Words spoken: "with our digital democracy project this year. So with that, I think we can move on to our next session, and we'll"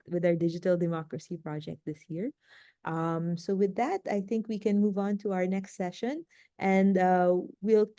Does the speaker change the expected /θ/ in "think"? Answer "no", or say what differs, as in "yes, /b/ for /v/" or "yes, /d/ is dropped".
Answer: no